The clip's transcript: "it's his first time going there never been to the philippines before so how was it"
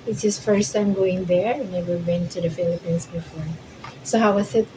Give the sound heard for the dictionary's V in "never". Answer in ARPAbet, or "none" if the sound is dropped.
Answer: W